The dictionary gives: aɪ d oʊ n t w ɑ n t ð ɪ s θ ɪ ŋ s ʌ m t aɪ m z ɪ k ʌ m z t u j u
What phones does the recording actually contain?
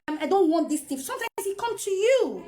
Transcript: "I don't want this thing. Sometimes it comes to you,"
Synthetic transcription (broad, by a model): aɪ d oʊ n t w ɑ n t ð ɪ s t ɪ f s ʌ m t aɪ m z ɪ k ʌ m t u j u